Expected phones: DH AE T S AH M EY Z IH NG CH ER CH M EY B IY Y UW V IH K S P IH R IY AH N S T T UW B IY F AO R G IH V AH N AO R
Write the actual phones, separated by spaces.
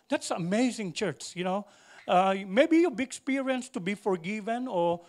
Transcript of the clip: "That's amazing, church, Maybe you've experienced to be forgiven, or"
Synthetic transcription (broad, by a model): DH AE T S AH M EY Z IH NG CH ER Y M EY B IY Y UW B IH K S P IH R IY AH N S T T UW B IY F AO R G IH V AH N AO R